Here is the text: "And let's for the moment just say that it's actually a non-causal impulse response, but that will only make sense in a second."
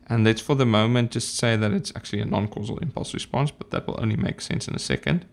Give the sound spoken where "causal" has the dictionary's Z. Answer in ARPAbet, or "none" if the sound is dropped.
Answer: Z